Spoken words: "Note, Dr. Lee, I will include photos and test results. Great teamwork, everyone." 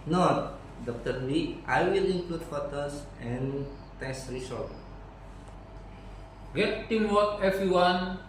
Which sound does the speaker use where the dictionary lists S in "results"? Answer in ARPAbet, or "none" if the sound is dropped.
none